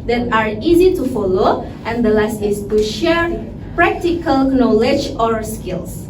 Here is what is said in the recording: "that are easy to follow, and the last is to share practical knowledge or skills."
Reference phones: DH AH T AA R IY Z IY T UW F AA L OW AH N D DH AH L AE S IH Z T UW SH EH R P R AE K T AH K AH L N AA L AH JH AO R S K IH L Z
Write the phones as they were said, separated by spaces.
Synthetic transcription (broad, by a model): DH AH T AA R IY Z IY T UW F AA L OW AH N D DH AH L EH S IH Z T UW SH EH R P R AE K T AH K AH L N AA L AH JH AO R S K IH L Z